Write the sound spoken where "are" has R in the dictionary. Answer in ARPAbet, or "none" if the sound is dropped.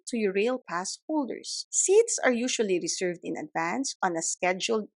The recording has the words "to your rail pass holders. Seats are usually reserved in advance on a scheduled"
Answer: R